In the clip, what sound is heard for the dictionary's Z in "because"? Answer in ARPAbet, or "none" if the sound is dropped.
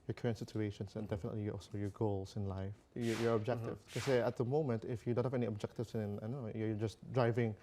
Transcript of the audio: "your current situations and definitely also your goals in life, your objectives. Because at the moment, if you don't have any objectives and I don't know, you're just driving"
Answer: none